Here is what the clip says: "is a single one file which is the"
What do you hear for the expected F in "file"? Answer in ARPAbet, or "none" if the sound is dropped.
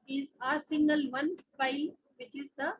P